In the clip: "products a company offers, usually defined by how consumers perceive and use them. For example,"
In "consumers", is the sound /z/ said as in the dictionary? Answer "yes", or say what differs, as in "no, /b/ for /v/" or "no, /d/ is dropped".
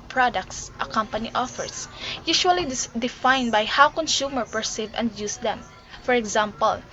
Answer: no, /z/ is dropped